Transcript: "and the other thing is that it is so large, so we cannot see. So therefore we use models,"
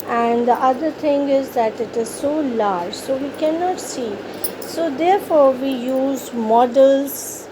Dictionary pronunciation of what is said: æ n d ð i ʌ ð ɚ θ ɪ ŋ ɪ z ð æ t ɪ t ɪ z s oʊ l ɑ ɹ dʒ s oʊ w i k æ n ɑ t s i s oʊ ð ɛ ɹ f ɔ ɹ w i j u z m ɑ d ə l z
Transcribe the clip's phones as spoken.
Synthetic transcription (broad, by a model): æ n d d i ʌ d ɚ t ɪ ŋ ɪ z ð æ t ɪ t ɪ z s oʊ l ɑ ɹ dʒ s oʊ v i k æ n ɑ t s i s oʊ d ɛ ɹ f ɔ ɹ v i j u z m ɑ d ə l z